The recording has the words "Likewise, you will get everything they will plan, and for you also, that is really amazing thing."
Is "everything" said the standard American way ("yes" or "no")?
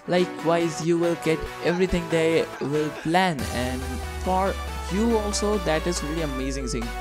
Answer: no